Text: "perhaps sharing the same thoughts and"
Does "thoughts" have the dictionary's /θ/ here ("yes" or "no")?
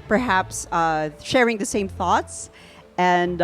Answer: yes